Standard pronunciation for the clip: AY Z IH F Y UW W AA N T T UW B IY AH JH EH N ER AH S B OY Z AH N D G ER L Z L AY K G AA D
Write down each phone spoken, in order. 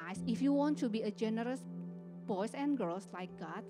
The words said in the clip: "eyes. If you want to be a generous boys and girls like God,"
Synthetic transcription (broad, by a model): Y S IH F Y UW W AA N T T UW B IY AH JH EH N ER AH S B OY S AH N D G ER L S L AY K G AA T